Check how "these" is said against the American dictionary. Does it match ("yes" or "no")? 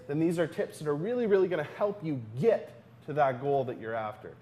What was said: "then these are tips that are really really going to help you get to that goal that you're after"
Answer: yes